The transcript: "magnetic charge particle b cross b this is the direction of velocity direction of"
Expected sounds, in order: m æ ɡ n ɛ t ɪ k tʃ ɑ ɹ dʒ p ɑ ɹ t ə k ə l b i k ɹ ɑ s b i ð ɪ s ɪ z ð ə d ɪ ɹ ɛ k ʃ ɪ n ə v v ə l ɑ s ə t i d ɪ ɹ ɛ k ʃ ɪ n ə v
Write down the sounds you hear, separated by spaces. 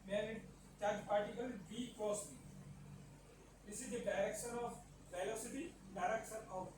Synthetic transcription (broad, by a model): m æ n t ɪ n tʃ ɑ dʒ p ɑ ɹ t ə k ə l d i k ɑ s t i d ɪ s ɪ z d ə d ɪ ɹ ɛ k ʃ ɪ n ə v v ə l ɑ s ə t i d ɪ ɹ ɛ k ʃ ɪ n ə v